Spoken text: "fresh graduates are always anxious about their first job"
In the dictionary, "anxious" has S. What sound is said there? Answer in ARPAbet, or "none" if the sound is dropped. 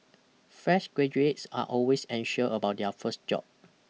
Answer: none